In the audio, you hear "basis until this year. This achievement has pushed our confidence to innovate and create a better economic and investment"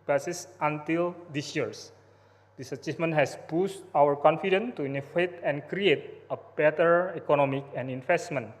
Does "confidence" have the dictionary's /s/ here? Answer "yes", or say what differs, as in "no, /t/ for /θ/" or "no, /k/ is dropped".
no, /s/ is dropped